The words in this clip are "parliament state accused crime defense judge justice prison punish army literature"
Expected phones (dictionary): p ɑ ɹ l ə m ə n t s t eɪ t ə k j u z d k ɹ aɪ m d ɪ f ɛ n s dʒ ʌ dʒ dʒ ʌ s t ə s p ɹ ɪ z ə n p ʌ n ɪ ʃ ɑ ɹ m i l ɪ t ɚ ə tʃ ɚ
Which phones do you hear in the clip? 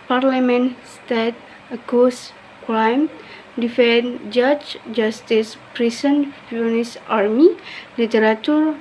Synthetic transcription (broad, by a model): p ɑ ɹ l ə m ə n s t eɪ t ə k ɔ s k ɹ aɪ m d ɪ f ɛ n dʒ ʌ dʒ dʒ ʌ s t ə s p ɹ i s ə n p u n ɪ s ɑ ɹ m i l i t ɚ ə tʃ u